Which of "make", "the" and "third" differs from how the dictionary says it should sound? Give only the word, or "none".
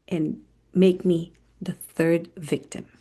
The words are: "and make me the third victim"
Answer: none